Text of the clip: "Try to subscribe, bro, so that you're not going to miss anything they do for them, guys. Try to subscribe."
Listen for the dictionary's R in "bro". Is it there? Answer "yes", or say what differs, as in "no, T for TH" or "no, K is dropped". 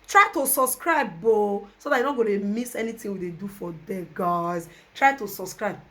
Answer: no, R is dropped